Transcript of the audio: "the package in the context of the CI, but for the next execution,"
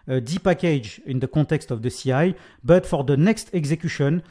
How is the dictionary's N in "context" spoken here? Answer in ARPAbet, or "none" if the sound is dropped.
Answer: none